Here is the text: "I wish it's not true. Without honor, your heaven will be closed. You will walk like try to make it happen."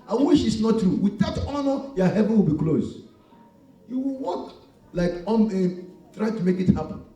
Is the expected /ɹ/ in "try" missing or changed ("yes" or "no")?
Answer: no